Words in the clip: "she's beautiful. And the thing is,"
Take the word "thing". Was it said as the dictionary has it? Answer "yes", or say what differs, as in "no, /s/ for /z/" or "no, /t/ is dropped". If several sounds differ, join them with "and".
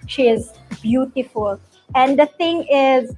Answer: no, /t/ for /θ/